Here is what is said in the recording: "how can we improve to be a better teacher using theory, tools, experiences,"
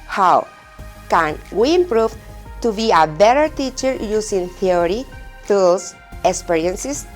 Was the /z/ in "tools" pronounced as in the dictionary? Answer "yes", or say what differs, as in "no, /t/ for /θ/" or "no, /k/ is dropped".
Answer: no, /s/ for /z/